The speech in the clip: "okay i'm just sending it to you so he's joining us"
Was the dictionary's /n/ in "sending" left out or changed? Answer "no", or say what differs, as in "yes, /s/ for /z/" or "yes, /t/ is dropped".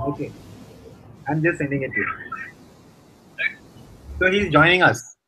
no